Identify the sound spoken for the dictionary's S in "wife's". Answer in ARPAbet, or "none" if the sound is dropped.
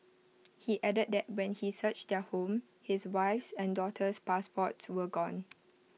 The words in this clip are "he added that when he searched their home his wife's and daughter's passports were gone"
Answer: S